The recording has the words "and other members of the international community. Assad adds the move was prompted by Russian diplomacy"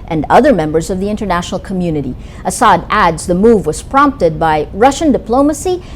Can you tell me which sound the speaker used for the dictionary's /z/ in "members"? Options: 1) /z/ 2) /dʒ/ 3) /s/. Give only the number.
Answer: 1